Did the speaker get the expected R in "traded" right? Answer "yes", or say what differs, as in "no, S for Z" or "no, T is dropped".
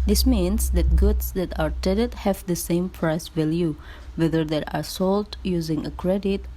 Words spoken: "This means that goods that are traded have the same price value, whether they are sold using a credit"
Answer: no, R is dropped